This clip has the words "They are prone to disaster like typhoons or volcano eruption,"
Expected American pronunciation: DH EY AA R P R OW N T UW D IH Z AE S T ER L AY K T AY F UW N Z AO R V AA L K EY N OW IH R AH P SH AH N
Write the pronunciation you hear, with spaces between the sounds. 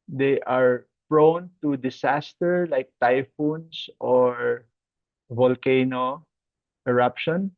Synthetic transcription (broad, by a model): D EY AA R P R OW N T UW D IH S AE S T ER L AY K T AY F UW N S AO R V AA L K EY N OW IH R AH P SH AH N